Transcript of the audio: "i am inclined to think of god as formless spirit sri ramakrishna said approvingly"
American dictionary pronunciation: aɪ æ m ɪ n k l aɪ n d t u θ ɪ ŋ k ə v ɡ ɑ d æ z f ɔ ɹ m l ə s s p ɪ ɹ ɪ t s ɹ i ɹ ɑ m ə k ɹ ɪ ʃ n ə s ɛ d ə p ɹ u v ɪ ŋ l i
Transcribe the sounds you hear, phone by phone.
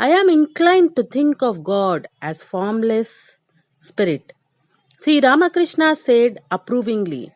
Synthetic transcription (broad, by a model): aɪ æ m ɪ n k l aɪ n d t u t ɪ ŋ k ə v ɡ ɑ d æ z f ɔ ɹ m l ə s s p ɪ ɹ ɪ t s i ɹ ɑ m ə k ɹ ɪ ʃ n ə s ɛ d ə p ɹ u v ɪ ŋ l i